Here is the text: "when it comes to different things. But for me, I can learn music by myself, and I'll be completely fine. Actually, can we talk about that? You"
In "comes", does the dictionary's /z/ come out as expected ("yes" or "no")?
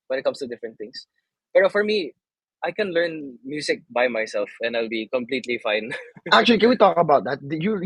no